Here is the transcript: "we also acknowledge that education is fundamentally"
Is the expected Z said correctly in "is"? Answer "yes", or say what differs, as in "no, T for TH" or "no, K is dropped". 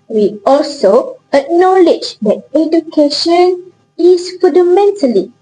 no, S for Z